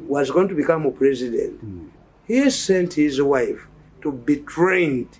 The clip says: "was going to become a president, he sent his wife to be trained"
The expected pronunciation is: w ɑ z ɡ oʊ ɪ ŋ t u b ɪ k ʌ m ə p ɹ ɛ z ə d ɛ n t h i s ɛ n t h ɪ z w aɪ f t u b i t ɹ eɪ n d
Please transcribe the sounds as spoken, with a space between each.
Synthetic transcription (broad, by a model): w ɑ z ɡ oʊ ɪ ŋ t u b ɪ k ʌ m ə p ɹ ɛ z ə d ɛ n t h i s ɛ n t h ɪ z w aɪ f t u b i t ɹ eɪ n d